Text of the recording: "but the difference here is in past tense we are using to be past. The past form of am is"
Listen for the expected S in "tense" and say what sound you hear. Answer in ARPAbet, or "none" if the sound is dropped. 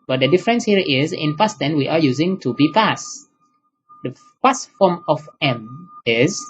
none